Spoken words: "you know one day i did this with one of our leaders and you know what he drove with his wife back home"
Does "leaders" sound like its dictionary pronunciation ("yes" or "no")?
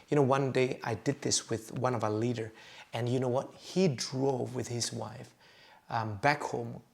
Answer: no